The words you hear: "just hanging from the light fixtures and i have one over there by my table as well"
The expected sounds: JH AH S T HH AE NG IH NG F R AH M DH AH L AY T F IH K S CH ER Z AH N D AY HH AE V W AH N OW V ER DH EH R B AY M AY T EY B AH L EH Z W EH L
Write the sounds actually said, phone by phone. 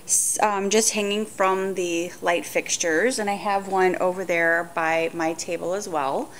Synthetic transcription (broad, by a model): JH AH S T HH AE NG IH NG F R AH M DH AH L AY T F IH K S CH ER Z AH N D AY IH V W AH N OW V ER DH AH R B AY M AY T EY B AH L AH Z W EH L